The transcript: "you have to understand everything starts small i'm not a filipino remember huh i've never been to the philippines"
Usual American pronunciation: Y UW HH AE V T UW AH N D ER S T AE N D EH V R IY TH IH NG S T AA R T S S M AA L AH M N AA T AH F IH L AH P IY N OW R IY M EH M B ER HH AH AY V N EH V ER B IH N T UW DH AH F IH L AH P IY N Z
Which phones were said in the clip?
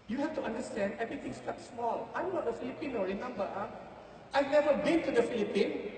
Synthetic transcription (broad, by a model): Y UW HH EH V T UW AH N D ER S T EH N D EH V R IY T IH NG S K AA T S S M AA L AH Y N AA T AH F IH L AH P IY N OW R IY M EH M B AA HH AY V N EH V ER B IH N T UW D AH F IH L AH P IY N